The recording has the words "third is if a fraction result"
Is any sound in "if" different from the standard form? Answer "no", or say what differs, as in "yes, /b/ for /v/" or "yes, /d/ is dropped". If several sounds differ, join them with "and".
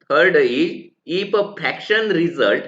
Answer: yes, /p/ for /f/